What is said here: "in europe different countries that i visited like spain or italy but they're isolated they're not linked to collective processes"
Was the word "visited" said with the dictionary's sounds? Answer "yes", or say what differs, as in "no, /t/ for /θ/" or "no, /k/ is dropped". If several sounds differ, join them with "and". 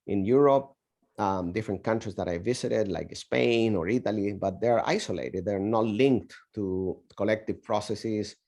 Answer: no, /s/ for /z/